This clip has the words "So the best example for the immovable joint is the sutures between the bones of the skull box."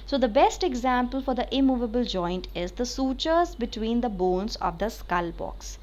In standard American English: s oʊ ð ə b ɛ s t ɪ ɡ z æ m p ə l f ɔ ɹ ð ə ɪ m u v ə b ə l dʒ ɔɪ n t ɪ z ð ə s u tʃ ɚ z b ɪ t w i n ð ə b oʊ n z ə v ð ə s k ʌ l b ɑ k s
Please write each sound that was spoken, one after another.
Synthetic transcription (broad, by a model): s oʊ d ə b ɛ s t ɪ ɡ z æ m p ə l f ɔ ɹ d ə ɪ m u v ə b ə l dʒ ɔɪ n t ɪ z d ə s u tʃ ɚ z b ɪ t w i n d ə b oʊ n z ə v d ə s k ʌ l b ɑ k s